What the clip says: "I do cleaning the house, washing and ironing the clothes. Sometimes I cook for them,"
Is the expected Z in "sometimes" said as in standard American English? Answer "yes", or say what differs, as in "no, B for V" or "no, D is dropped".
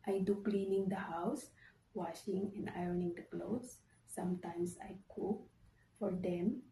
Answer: no, S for Z